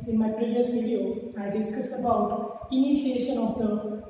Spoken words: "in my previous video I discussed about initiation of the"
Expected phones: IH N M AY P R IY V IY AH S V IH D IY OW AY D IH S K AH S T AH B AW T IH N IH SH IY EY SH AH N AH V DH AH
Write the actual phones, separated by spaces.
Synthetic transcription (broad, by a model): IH N M AY P R IY V IY AH S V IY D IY OW AY D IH S K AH S AH B AW T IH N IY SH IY EY SH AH N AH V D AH